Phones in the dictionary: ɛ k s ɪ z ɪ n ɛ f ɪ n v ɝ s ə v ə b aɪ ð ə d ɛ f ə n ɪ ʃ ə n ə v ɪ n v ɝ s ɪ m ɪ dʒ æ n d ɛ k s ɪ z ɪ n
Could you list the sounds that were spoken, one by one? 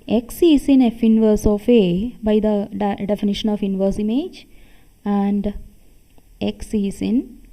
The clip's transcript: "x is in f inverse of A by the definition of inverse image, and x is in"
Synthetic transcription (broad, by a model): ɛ k s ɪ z ɪ n ɛ f ɪ n v ɝ s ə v ə b aɪ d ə d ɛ f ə n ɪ ʃ ə n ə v ɪ n v ɝ s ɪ m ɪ dʒ æ n d ɛ k s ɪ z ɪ n